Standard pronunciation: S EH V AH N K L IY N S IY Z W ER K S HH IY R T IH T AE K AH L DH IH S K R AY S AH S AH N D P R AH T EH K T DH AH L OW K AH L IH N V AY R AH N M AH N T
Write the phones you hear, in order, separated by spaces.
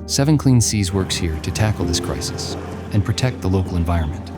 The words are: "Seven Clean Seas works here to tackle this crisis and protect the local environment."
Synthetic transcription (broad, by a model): S EH V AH N K L IY N S IY Z W ER K S HH IY R T IH T AE K L DH IH S K R AY S AH S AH N P R AH T EH K T DH AH L OW K L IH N V AY R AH N M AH N T